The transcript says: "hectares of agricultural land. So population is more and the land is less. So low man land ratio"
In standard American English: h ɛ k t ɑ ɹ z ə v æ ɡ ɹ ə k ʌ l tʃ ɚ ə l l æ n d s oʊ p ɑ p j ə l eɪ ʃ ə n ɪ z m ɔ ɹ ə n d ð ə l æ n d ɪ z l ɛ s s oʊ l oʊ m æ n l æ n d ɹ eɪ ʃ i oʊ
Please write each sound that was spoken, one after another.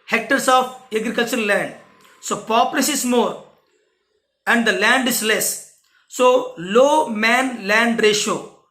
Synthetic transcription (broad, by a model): h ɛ k t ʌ ɹ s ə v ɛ ɡ ɹ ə k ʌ l tʃ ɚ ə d l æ n d s oʊ p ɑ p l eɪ s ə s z m ɔ ɹ ə n d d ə l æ n d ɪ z l ɛ s s oʊ l oʊ m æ n l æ n d ɹ eɪ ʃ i oʊ